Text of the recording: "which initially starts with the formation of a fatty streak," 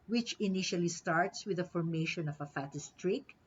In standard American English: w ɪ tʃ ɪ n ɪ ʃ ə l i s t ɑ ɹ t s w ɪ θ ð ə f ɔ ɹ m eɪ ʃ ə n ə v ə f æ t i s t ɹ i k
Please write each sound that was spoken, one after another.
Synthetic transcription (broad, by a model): w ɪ tʃ ɪ n ɪ ʃ ə l i s t ɑ ɹ t s w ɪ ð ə f ɔ ɹ m eɪ ʃ ə n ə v ə f æ t i s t ɹ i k